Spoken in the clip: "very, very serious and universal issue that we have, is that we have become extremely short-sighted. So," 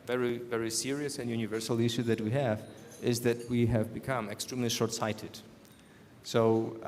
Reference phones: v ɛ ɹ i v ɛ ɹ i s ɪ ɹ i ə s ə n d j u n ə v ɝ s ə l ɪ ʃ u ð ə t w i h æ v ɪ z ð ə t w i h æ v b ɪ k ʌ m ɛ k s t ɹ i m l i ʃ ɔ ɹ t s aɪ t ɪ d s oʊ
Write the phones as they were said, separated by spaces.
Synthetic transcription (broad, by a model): v ɛ ɹ i v ɛ ɹ i s ɪ ɹ i ə s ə n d j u n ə v ɝ s l ɪ ʃ u ð ə t w i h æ v ɪ z ð ə t w i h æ v b ɪ k ʌ m ɛ k s t ɹ i m l i ʃ ɔ ɹ t s aɪ t ɪ d s oʊ